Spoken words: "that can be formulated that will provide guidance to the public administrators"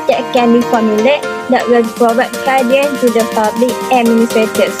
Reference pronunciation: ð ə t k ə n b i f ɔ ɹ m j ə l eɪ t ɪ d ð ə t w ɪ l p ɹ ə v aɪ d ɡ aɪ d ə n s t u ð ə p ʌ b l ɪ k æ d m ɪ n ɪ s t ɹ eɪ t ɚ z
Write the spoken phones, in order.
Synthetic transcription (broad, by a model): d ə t k ə n b i f ɔ m j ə l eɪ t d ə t w ɪ l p ɹ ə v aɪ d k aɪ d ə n t u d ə p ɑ b l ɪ k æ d m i n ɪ s t ɹ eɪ t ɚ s